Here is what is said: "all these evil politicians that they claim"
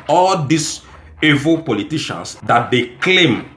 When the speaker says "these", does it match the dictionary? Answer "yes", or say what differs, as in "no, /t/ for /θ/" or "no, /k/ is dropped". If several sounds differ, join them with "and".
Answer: no, /s/ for /z/